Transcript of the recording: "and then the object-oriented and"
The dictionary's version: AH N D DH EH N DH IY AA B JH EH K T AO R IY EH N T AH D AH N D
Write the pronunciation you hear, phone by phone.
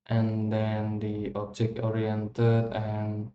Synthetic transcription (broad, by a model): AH N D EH N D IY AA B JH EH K AO R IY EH N T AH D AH N